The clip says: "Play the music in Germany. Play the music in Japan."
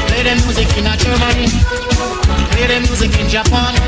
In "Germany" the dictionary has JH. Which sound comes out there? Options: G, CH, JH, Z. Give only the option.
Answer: CH